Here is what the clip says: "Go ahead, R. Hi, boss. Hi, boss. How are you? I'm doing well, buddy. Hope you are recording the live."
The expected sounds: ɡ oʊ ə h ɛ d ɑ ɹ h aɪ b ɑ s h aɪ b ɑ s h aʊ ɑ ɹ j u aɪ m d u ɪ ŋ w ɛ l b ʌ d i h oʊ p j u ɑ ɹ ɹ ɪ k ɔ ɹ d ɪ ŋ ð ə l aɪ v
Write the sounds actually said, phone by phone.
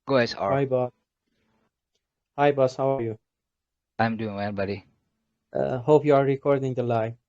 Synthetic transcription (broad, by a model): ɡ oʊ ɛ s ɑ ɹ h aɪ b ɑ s h aɪ b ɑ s h aʊ ɑ ɹ j u aɪ m d u ɪ ŋ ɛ n b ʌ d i h oʊ p j u ɑ ɹ ɹ ɪ k ɔ ɹ d ɪ ŋ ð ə l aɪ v